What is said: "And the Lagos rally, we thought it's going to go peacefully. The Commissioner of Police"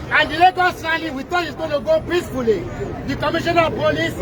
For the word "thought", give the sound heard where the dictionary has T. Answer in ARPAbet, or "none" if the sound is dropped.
none